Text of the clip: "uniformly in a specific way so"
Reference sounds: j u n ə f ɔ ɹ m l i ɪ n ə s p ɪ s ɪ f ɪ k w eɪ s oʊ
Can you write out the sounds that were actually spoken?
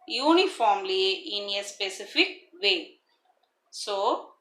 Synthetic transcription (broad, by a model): j u n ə f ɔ ɹ m l i ɪ n ə s p ɪ s ɪ f ɪ k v eɪ s oʊ